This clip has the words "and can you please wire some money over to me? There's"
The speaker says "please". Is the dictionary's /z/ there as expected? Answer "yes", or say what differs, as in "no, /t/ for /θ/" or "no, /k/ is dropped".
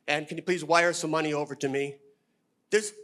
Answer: yes